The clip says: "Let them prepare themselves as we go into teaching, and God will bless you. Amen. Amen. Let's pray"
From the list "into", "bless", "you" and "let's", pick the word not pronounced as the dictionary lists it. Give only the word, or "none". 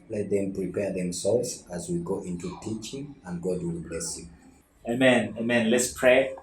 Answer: none